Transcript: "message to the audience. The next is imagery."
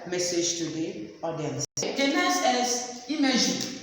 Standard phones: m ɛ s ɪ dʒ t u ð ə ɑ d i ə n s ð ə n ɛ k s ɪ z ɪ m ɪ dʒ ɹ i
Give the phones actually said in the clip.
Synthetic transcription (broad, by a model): m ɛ s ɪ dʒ t u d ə ɑ d i ə n s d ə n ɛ s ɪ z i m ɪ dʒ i